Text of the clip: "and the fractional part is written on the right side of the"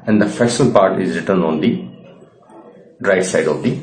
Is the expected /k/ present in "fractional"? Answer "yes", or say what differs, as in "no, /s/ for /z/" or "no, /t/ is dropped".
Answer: no, /k/ is dropped